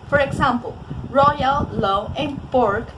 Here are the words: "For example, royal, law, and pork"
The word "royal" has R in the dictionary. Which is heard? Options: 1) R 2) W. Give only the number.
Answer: 1